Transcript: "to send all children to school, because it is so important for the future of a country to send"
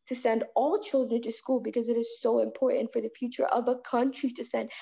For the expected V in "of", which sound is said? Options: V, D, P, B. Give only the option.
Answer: V